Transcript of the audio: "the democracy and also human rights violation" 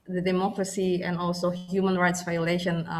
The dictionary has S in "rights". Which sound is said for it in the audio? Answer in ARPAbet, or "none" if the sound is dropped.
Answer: S